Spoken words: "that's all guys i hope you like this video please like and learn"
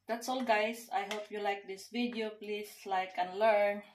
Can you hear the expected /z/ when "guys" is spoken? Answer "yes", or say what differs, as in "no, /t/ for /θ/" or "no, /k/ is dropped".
no, /s/ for /z/